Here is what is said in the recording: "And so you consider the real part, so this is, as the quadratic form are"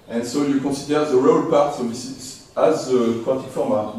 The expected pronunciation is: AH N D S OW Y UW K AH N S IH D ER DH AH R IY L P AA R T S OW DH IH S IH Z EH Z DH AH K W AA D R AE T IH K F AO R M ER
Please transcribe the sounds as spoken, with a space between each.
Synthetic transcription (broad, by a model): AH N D S OW Y UW K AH S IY D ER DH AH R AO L P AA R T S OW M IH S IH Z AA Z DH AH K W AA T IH K F AO R M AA